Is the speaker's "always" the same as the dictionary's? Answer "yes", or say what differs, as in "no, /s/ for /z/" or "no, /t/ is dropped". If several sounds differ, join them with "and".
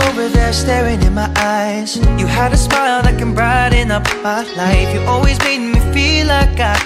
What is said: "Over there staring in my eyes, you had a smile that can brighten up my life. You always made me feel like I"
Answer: yes